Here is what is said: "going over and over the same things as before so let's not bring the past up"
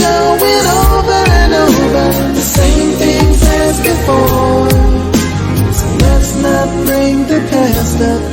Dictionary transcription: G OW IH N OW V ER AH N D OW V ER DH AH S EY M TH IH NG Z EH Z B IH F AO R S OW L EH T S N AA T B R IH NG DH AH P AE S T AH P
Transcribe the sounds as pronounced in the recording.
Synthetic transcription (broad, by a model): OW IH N OW V ER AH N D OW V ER DH AH S EY M TH IH NG Z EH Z B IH F AO S OW L EH T S N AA T B R IH NG DH AH P AE S T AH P